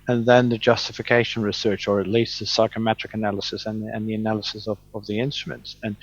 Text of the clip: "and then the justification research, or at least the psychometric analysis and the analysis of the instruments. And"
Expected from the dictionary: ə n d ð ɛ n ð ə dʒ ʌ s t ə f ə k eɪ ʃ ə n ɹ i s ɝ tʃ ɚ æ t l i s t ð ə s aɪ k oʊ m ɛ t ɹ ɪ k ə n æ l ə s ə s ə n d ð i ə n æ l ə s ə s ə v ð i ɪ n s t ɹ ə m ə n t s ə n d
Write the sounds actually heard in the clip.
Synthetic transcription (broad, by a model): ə n ð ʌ n ð ə dʒ ʌ s t ə f ə k eɪ ʃ ə n ɹ i s ɝ tʃ ɚ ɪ t l i s t ð ə s aɪ k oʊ m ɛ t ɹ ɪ k ə n æ l ə s ə s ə n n ð i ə n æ l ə s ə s ə v ð i ɪ n s t ɹ ə m ə n t s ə n